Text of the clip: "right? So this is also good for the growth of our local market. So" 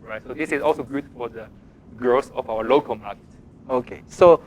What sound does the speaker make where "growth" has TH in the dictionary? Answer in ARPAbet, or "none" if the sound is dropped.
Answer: S